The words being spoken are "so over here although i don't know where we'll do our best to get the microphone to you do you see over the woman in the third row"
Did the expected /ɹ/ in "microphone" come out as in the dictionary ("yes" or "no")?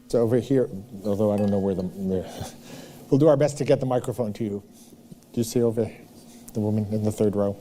yes